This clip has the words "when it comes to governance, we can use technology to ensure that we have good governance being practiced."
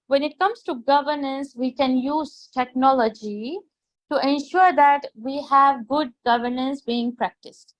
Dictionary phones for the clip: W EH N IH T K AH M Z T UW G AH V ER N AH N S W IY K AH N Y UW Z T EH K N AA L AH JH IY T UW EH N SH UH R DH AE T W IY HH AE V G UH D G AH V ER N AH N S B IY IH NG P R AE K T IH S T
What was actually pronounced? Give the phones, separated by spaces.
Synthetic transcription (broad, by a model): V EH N IH T K AH M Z T UW G AH V ER N AH N S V IY K AH N Y UW Z T EH K N AA L AH JH IY T UW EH N SH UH R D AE T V IY HH AE V G UH D G AH V ER N AH N S B IY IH NG P R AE K T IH S T